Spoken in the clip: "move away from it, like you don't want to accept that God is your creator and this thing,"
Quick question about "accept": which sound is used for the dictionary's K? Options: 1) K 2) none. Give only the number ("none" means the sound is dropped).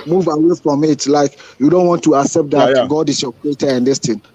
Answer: 1